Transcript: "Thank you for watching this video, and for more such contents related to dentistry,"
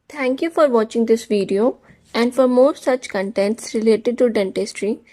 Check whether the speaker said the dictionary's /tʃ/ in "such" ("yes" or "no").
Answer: yes